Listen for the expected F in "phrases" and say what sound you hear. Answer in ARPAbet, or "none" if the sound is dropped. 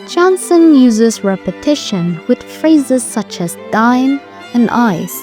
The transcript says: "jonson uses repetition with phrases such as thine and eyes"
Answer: F